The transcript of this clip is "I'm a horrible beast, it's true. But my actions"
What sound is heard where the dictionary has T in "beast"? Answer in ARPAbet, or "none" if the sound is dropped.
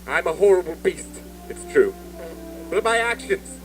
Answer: T